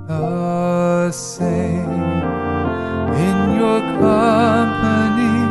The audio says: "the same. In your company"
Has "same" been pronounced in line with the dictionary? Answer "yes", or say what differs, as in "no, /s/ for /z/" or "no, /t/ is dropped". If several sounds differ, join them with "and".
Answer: no, /m/ is dropped